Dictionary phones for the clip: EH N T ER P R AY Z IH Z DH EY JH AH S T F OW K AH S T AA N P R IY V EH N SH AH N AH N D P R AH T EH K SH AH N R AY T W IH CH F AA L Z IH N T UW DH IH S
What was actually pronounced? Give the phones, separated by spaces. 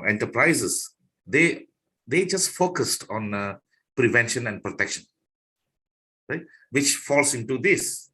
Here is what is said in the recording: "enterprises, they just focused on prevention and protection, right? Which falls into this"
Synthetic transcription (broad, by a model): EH N T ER P R AY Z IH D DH EY JH AH S T F OW K AH S T AA N P R IY V EH N SH AH N AH N D P R AH T EH K SH AH N R AY T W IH CH F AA L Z IH N T UW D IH S